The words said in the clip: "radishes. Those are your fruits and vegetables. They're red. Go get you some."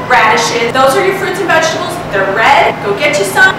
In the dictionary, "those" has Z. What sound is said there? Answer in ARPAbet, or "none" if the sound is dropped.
Z